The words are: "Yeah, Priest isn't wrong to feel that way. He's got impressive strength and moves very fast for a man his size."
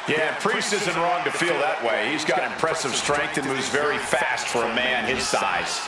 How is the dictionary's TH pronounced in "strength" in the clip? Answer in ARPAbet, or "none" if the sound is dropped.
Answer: TH